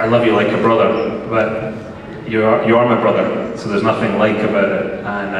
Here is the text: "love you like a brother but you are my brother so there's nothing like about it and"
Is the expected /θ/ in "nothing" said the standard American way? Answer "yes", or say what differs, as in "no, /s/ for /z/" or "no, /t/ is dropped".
yes